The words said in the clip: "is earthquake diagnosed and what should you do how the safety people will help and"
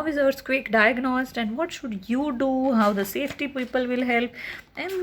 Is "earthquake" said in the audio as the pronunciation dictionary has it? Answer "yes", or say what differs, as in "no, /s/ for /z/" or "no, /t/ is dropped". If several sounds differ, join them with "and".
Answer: no, /s/ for /θ/